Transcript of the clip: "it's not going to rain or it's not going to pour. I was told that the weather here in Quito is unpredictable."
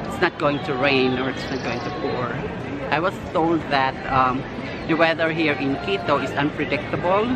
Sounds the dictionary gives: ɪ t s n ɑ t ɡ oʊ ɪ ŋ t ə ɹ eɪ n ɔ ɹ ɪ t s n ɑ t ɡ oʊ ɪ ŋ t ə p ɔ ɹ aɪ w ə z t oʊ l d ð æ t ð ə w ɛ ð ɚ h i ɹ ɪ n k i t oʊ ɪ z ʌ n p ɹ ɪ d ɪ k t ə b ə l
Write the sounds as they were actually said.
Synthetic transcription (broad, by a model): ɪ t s n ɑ t ɡ oʊ ɪ ŋ t ə ɹ eɪ n ɔ ɹ ɪ t s n ɑ t ɡ oʊ ɪ ŋ t ə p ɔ ɹ aɪ w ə s t oʊ l d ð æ t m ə w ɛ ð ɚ h i ɹ ɪ n k i t oʊ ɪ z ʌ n p ɹ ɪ d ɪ k t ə b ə l